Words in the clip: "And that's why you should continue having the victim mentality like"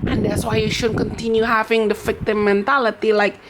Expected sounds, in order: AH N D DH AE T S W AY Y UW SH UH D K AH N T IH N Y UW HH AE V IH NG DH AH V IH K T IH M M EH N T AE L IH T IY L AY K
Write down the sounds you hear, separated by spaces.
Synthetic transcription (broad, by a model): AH N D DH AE T S W AY Y UW SH UH D K AH N T IH N Y UW HH AE V IH NG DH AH F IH K T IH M M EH N T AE L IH T IY L AY K